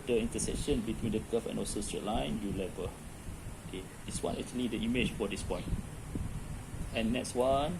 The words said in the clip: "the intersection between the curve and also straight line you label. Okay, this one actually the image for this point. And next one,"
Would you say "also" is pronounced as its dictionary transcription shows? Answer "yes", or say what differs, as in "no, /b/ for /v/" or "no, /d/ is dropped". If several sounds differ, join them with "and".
no, /l/ is dropped